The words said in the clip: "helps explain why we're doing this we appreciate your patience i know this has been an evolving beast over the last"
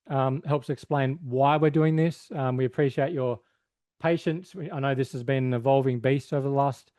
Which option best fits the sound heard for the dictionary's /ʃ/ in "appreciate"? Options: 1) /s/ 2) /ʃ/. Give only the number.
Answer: 2